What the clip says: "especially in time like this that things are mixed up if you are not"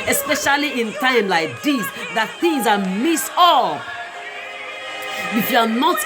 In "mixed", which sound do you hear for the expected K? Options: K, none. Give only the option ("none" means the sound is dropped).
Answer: none